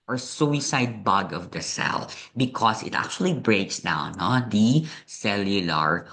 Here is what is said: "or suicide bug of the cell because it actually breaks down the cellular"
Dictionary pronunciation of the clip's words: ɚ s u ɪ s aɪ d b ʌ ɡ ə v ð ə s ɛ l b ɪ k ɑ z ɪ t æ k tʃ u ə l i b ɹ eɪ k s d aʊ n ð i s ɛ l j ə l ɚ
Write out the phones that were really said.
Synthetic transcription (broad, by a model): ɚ s u ɪ s aɪ d b ʌ ɡ ə v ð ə s ɛ l b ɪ k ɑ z ɪ t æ k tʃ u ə l i b ɹ eɪ k s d aʊ n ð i s ɛ l j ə l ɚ